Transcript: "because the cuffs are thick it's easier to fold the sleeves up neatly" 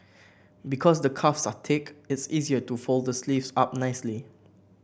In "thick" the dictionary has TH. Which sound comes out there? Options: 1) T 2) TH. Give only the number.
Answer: 1